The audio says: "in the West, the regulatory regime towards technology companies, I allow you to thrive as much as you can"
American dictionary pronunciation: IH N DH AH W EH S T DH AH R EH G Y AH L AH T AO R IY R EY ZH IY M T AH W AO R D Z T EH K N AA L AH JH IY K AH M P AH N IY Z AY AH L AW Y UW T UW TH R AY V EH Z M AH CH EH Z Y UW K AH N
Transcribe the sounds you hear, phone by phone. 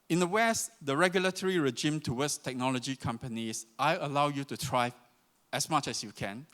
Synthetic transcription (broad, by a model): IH N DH AH W EH S T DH AH R EH G Y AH L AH T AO R IY R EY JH IY M T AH W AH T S T EH K N AA L AH JH IY K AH M P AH N IY S AY AH L AW Y UW T UW T R AY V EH S M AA CH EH S Y UW K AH N